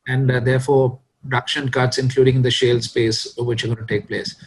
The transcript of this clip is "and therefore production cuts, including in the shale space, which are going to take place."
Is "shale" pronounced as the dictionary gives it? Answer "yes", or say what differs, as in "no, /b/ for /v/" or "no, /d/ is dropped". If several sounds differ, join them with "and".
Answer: yes